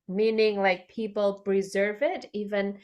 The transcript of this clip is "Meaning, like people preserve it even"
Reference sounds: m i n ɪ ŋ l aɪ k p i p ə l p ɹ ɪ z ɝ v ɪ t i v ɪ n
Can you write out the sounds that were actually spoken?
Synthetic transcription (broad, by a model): m i n ɪ ŋ l aɪ k p i p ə l p ɹ ɪ z ɝ v ɪ t i v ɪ n